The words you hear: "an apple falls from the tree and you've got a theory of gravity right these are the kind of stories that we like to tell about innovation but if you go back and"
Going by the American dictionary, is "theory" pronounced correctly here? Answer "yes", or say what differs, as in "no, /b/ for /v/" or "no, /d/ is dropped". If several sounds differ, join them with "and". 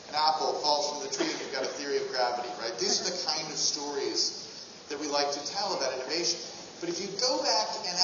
yes